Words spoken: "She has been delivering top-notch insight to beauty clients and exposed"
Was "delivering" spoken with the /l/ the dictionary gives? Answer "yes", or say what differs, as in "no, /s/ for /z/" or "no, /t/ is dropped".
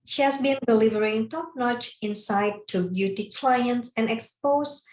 yes